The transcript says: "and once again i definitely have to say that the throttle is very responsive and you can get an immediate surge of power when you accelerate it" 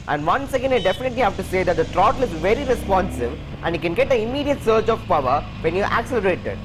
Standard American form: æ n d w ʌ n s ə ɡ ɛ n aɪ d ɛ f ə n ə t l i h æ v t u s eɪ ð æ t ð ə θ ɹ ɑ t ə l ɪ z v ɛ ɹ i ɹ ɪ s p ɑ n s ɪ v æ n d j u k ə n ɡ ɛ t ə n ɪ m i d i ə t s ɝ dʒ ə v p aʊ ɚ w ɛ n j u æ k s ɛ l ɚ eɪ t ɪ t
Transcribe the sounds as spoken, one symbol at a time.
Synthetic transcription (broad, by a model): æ n d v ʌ n s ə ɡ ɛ n aɪ d ɛ f ə n ə t l i h æ v t u s eɪ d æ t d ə t ɹ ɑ t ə l ɪ z v ɛ ɹ i ɹ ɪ s p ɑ n s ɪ v æ n d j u k ə n ɡ ɛ t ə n ɪ m i d i ə t s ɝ tʃ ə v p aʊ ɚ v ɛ n j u æ k s ɛ l ɚ eɪ t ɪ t